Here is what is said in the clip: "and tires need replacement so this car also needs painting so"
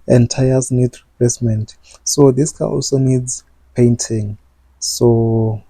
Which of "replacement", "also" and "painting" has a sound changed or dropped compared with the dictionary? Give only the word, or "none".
replacement